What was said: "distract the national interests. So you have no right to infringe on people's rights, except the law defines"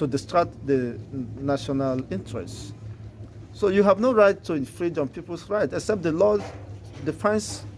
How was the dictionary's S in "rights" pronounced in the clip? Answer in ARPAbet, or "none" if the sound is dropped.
none